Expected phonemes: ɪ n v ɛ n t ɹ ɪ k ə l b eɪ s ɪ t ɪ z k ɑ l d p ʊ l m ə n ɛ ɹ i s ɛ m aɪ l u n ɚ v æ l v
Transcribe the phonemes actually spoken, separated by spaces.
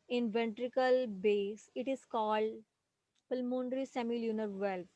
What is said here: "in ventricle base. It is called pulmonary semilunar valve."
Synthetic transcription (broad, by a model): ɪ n v ɛ n t ɹ ɪ k ə l b eɪ s ɪ t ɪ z k ɑ l d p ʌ l m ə n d ɹ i s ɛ m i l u n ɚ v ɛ l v